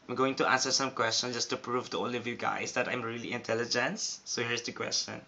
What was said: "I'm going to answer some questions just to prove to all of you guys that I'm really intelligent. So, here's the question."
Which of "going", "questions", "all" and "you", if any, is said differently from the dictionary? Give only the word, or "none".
questions